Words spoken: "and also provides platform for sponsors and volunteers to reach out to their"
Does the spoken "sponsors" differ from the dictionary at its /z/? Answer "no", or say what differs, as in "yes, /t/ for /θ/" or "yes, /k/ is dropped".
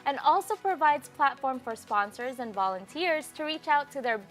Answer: no